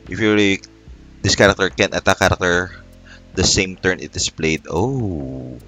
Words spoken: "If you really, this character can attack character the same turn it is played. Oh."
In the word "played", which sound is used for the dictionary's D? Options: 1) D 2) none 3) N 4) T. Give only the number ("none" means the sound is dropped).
1